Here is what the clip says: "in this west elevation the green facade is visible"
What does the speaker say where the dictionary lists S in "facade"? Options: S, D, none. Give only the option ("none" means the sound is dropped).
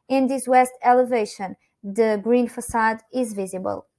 S